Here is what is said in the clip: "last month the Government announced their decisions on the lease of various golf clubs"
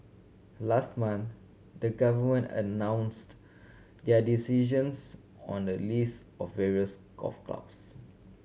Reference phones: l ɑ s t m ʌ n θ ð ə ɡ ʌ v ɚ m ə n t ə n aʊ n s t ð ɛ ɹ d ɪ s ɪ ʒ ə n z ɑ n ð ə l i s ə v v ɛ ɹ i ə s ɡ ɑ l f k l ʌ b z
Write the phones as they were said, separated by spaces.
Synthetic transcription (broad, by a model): l ɑ s t m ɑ n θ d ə ɡ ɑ v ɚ m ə n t ə n aʊ n s t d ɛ d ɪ s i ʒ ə n s ɑ n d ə l i s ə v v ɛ ɹ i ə s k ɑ f k l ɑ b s